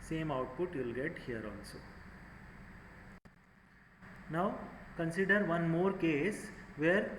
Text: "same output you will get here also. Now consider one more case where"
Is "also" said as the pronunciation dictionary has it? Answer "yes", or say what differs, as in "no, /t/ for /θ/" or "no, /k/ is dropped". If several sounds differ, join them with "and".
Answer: no, /n/ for /l/